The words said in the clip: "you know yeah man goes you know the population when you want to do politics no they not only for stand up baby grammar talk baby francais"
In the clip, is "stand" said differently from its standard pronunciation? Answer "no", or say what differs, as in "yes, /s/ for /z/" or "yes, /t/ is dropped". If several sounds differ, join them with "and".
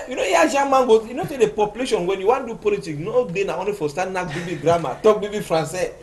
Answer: yes, /d/ is dropped